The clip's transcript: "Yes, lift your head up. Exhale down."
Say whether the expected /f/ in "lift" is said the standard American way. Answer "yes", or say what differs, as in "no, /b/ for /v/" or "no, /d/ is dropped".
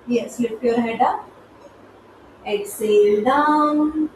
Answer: no, /p/ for /f/